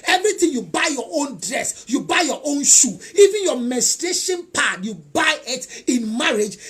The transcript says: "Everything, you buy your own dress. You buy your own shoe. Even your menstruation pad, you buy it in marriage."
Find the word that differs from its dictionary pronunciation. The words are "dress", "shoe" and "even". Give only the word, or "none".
none